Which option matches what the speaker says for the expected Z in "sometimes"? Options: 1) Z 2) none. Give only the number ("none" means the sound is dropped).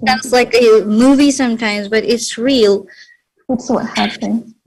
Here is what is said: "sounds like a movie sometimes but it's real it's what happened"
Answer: 1